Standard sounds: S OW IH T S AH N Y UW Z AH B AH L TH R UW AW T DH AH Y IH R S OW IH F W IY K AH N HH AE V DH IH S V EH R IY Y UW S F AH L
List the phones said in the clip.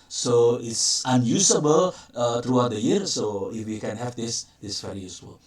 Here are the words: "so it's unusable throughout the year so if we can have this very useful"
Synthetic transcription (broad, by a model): S OW IH T S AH N Y UW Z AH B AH L T R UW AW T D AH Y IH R S OW IH F W IY K AH N HH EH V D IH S V EH R IY Y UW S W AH L